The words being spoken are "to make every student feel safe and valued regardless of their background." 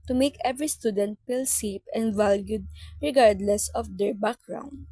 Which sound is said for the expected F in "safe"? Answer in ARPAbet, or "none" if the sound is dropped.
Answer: P